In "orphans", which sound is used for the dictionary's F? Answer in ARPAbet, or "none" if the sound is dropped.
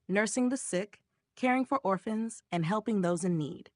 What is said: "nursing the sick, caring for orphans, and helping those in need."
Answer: F